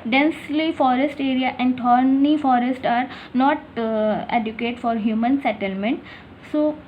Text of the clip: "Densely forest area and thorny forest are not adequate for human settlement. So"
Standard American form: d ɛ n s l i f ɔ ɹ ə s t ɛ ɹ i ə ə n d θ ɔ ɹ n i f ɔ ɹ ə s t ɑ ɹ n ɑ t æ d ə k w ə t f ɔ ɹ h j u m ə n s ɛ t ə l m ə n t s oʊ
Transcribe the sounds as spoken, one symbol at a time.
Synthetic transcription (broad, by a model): d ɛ n s l i f ɔ ɹ ə s t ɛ ɹ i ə ə n d t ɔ ɹ n i f ɔ ɹ ə s t ɑ ɹ n ɑ t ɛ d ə k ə t f ɔ ɹ h j u m ə n s ɛ t ə l m ə n t s oʊ